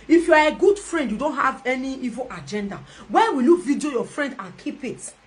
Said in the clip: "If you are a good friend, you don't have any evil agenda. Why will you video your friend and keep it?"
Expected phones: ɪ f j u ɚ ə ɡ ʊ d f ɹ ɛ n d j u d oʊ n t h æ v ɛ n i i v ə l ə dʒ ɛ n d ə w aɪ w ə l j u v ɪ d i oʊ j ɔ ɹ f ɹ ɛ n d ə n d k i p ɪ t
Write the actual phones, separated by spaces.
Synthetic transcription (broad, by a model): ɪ f j u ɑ ə ɡ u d f ɹ ɛ n d j u d oʊ n t h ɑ v ɛ n i i v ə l ə dʒ ɛ n d ə w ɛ w ə l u v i d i oʊ j ɔ f ɹ ɛ n d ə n k i p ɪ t